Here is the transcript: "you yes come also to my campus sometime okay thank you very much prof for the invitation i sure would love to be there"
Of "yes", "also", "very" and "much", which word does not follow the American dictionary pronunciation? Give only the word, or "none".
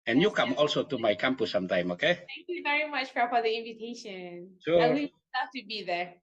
yes